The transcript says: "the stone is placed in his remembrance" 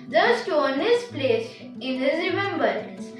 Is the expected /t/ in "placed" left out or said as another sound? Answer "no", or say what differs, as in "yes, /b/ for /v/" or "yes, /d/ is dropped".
yes, /t/ is dropped